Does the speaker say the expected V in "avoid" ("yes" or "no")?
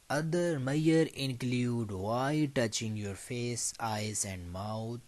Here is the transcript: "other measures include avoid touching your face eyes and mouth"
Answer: no